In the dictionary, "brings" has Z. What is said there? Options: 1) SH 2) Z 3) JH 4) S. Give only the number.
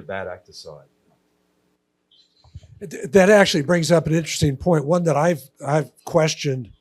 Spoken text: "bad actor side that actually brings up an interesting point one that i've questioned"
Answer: 2